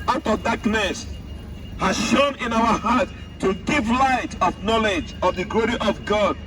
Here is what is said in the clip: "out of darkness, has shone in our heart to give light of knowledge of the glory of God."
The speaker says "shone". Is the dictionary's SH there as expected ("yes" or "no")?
yes